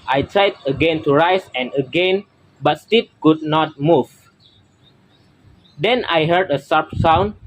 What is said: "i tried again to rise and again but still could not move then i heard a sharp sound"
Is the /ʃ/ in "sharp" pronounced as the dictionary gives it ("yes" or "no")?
no